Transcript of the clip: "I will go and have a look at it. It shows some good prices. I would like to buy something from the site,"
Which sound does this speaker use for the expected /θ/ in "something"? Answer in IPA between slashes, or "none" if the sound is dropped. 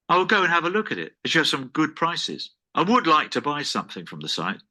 /θ/